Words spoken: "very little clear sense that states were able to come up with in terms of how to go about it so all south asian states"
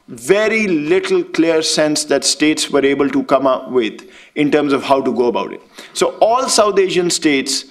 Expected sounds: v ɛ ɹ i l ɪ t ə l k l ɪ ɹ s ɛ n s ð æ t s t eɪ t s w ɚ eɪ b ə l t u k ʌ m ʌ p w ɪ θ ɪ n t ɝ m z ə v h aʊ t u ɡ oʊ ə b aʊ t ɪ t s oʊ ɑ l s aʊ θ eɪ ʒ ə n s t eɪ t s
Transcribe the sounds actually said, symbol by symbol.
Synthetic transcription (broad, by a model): v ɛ ɹ i l ɪ t ə l k l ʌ ɹ s ɛ n s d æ t s t eɪ t s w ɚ eɪ b ə l t u k ʌ m ʌ p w ɪ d ɪ n t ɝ m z ə v h aʊ t u ɡ oʊ ə b aʊ t ɪ t s oʊ ɑ l s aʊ t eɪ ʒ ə n s t eɪ t s